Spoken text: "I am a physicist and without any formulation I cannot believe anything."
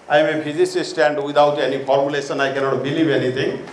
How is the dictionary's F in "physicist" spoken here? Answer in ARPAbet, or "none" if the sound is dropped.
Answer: P